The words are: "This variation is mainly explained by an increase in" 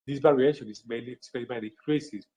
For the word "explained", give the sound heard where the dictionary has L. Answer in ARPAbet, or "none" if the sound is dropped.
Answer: none